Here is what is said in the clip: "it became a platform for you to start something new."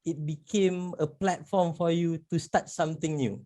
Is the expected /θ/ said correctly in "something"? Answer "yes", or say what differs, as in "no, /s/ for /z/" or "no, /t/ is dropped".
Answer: no, /t/ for /θ/